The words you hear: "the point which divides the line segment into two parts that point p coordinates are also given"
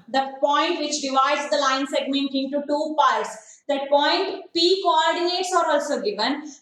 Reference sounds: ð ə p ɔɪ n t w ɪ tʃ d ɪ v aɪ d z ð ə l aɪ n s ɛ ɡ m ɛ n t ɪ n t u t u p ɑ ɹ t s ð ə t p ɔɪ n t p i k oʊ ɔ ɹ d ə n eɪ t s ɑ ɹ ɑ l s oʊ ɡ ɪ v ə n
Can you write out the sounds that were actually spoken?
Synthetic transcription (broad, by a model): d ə p ɔɪ n t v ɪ tʃ d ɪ v aɪ d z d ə l aɪ n s ɛ ɡ m ɛ n t ɪ n t u t u p ɑ ɹ t s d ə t p ɔɪ n t p i k oʊ ɔ ɹ d ə n eɪ t s ɑ ɹ ɑ l s oʊ ɡ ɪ v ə n